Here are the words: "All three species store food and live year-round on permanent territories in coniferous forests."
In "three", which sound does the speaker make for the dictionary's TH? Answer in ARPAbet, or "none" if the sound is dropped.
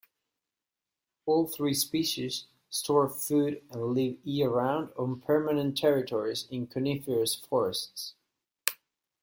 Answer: TH